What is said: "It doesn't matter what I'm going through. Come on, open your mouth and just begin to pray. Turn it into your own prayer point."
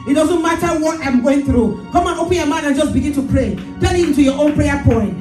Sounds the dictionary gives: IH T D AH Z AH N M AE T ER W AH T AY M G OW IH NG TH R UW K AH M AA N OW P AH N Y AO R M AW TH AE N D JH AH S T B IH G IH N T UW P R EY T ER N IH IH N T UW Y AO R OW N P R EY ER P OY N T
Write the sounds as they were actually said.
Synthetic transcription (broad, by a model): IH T D AH Z AH N M AE T ER W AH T AY M G OW IH NG TH R UW K AH M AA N OW P AH N Y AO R M AW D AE N JH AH S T B IH G IH N T UW P R EY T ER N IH IH N T UW Y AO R OW N P R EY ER P OY N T